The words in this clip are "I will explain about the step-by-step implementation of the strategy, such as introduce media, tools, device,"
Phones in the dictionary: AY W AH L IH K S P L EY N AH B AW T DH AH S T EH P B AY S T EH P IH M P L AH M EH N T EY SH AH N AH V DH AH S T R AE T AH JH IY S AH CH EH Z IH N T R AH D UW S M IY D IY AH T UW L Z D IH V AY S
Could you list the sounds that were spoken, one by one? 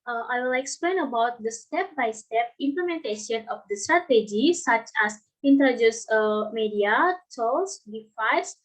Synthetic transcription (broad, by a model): AY W AH L IH K S P L EY N AH B AW T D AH S T EH P B AY S T EH P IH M P L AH M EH N T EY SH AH N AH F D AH S T R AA T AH JH IY S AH CH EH S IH N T AH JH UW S M IY D IY AH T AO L S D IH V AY S